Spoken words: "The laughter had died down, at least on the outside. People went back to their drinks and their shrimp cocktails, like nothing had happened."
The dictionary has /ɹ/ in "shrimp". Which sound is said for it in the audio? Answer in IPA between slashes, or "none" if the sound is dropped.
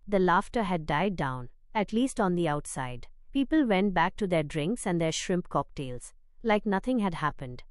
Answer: /ɹ/